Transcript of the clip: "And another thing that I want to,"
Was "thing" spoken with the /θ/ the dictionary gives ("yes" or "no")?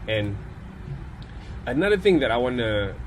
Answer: yes